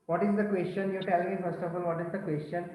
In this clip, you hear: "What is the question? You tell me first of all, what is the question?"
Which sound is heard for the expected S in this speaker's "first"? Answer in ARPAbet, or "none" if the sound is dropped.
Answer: S